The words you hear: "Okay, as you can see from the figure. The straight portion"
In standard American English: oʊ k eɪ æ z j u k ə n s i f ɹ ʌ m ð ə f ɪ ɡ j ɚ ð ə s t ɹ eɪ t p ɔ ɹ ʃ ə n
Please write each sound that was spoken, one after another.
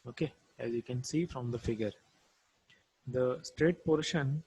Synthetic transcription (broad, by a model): oʊ k eɪ æ z j u k ə n s i f ɹ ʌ m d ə f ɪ ɡ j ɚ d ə s t ɹ eɪ t p ɔ ɹ ʃ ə n